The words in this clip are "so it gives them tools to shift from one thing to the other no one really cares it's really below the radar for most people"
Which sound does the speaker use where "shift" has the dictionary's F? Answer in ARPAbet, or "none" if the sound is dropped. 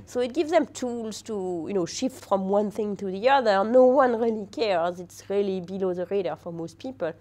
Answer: F